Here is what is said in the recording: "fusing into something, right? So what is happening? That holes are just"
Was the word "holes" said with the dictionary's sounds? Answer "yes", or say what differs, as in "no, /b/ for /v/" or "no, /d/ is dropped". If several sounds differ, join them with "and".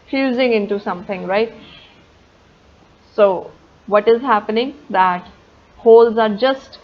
yes